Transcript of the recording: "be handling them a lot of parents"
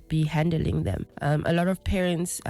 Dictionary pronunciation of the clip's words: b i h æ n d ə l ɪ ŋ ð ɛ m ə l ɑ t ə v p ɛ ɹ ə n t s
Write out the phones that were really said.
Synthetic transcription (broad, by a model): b i h æ n d ə l ɪ ŋ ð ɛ m ə l ɑ t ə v p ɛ ɹ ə n t s